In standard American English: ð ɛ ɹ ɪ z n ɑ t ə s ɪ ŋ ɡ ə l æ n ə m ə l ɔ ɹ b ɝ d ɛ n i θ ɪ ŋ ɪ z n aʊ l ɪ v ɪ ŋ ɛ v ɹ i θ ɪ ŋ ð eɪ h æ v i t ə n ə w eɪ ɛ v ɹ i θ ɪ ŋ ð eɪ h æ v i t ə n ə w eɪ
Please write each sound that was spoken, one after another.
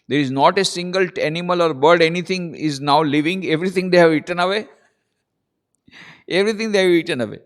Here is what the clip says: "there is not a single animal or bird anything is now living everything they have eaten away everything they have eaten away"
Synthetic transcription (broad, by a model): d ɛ ɹ ɪ z n ɑ t ə s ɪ ŋ ɡ ə l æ n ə m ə l ɔ ɹ b ɝ d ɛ n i t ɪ ŋ ɪ z n aʊ l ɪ v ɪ ŋ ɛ v ɹ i t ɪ ŋ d eɪ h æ v i t ə n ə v eɪ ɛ v ɹ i t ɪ ŋ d eɪ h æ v i t ə n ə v eɪ